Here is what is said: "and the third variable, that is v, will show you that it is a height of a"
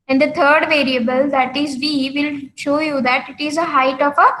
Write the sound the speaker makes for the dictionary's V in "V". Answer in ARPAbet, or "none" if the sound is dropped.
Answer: V